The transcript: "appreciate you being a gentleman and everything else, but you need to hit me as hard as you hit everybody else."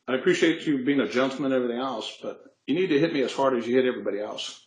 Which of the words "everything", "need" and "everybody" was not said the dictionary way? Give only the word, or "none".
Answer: none